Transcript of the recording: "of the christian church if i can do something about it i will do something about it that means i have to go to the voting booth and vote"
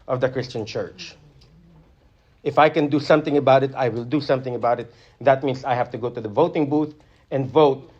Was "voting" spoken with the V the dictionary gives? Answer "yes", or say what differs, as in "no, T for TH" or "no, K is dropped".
yes